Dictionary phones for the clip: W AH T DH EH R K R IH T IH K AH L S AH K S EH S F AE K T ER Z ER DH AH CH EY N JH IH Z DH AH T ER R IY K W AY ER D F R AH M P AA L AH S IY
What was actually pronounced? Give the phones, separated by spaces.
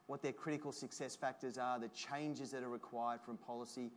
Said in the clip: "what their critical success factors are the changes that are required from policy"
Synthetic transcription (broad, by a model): W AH T DH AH R K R IH T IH K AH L S AH K S EH S F AE K T ER Z ER DH AH CH EY N JH IH Z DH AH T ER R IY K W AY ER D F R AH M P AA L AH S IY